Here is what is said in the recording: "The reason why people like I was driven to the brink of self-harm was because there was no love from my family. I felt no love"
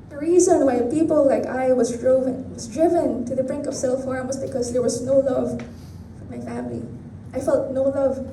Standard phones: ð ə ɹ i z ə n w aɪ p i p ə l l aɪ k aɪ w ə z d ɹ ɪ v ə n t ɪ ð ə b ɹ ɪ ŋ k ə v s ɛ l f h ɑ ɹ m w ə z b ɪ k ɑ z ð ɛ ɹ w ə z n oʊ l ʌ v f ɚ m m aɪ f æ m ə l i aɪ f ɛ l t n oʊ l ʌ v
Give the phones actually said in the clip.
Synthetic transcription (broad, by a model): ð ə ɹ i z ə n w aɪ p i p ə l l aɪ k aɪ w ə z d ɹ ɪ v ə n t ɪ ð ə b ɹ ɪ ŋ k ə v s ɛ l f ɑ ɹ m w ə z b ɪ k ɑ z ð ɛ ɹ w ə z n oʊ l ʌ v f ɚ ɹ m aɪ f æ m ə l i aɪ f ɛ l t n oʊ l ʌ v